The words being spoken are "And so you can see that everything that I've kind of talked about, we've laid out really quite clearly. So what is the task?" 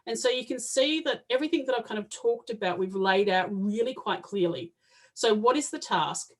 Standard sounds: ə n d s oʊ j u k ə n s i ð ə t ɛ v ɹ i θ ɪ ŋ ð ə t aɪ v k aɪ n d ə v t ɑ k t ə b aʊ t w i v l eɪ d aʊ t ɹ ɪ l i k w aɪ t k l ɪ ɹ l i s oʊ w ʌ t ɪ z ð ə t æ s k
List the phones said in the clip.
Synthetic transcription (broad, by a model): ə n s oʊ j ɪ k ə n s i ð ə t ɛ v ɹ i θ ɪ ŋ ð ə t aɪ v k aɪ n d ə v t ɑ k t ə b aʊ t w i v l eɪ d aʊ t ɹ ɪ l i k w aɪ t k l ɪ ɹ l i s oʊ w ʌ t ɪ z ð ə t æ s k